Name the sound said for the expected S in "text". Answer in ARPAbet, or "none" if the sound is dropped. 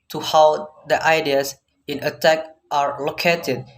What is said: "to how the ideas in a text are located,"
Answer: none